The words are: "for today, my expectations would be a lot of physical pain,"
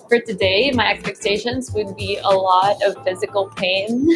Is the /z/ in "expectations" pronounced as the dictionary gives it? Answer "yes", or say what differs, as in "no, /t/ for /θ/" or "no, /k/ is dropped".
yes